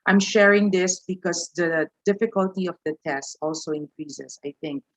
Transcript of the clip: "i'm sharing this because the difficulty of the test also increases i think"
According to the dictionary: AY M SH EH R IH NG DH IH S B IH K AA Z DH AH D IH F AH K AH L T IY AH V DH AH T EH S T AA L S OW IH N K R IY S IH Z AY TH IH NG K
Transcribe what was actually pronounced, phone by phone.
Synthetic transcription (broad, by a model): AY M SH EH R IH NG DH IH S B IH K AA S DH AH D IH F AH K AH L T IY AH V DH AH T EH S T AA L S OW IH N K R IY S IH S AY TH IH NG K